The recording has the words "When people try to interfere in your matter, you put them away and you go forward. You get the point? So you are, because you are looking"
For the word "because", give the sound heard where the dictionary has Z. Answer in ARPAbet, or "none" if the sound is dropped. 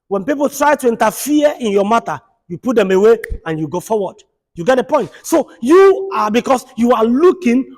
S